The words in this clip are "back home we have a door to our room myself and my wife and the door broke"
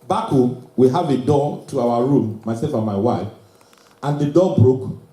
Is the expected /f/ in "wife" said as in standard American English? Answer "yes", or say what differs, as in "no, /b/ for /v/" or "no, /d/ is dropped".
yes